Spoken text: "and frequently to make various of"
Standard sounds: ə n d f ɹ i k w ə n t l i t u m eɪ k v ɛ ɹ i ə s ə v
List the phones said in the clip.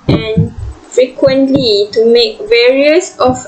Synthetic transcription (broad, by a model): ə n f ɹ i k w ə n t l i t u m eɪ k v ɛ ɹ i ə s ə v